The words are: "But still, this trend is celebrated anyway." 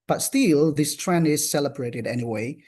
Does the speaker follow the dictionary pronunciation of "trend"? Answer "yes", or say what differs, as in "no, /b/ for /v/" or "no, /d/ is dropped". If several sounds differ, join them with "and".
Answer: no, /d/ is dropped